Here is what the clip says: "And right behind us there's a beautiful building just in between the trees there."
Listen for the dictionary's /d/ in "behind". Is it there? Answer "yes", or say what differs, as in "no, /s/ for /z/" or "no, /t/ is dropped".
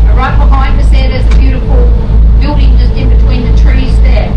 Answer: no, /d/ is dropped